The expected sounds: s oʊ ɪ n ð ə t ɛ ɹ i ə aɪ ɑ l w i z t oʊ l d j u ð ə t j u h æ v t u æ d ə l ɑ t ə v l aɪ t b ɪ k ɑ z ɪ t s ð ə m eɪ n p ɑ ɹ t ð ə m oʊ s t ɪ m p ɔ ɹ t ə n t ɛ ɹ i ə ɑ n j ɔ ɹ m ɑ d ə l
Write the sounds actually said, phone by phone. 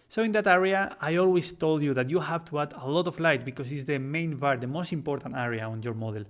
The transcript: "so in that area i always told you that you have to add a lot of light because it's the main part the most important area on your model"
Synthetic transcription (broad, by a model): s oʊ ɪ n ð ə t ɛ ɹ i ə aɪ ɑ l w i s t oʊ l d j u ð ə t j u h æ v t u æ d ə l ɑ t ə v l aɪ t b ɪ k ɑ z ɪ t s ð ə m eɪ n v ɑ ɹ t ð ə m oʊ s t ɪ m p ɔ ɹ t ə n t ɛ ɹ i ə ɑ n j ɔ ɹ m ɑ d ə l